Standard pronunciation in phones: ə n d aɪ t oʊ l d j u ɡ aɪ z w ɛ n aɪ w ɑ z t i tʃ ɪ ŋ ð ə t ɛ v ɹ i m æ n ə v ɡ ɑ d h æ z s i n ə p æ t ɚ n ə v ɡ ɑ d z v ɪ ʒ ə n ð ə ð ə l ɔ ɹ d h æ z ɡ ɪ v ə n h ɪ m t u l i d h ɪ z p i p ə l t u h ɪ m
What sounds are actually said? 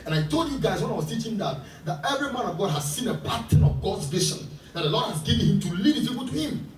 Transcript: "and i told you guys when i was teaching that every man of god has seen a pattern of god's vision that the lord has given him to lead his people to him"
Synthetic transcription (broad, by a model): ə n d aɪ t oʊ l d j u ɡ aɪ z w ɛ n aɪ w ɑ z t i tʃ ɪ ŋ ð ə t ɛ v ɹ i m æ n ə v ɡ ɑ d h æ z s i n ə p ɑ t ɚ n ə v ɡ ɑ d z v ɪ ʃ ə n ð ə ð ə l ɔ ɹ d h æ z ɡ ɪ v ə n h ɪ m t u l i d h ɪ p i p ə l t u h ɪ m